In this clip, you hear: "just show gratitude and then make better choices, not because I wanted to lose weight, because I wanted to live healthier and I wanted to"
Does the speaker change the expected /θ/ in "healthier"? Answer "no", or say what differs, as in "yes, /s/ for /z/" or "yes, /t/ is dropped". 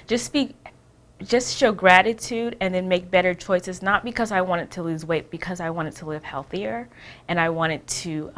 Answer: no